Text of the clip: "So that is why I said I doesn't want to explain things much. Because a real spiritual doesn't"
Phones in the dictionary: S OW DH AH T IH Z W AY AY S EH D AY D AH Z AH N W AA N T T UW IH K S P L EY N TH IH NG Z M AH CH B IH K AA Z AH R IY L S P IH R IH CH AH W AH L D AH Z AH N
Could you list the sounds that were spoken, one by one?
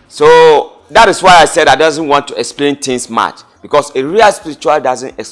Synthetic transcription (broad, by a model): S OW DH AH T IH S W AY AY S EH D AY D AH Z AH N W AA N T T UW IH K S P L EY N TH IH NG S M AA CH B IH K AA S AH R IY L S P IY R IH CH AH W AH L D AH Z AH N